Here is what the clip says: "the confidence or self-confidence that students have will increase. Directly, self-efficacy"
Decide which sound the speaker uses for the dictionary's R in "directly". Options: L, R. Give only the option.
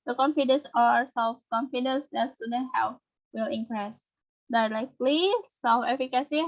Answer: L